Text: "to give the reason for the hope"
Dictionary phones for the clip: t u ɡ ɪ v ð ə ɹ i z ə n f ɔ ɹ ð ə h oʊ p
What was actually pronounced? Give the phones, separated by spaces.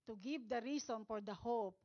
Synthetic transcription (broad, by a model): t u ɡ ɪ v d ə ɹ i s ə n f ɔ ɹ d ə h oʊ p